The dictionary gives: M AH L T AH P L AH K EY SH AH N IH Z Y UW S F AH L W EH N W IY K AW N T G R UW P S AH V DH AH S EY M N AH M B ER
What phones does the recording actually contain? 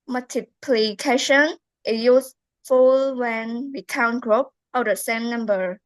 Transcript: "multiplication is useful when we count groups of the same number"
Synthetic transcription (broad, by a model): M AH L T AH P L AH K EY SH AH N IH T Y UW S F AH L W EH N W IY K AW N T G R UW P AH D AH S EY M N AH M B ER